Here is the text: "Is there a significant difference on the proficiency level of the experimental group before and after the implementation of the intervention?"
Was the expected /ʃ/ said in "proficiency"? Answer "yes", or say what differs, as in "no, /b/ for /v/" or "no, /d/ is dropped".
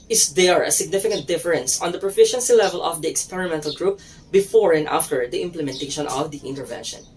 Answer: yes